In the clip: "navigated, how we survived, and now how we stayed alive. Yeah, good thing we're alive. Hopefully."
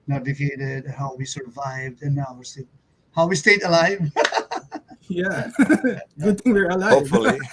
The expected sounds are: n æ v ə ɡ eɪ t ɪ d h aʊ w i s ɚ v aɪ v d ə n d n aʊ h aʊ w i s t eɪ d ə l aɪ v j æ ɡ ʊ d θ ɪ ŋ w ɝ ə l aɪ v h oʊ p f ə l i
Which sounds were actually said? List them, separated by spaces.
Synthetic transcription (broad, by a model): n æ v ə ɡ eɪ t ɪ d h aʊ w i s ɚ v aɪ v d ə n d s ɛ h aʊ w i s t eɪ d ə l aɪ v j æ ɡ ʊ d t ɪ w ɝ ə l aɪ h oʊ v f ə l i